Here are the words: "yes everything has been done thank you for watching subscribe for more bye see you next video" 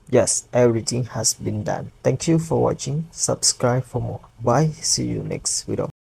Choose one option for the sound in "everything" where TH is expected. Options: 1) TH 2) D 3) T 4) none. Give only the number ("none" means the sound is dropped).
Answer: 3